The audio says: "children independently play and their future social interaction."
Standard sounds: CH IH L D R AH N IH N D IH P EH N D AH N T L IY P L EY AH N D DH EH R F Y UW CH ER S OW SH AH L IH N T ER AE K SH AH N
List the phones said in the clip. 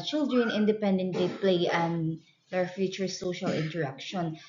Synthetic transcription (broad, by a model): CH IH L D R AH N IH N D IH P EH N D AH N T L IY P L EY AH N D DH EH R F Y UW CH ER S OW SH AH L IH N T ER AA K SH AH N